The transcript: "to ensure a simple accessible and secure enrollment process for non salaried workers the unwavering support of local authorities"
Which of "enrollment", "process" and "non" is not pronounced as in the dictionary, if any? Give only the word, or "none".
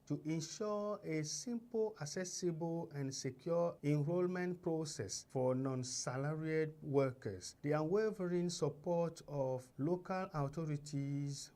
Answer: none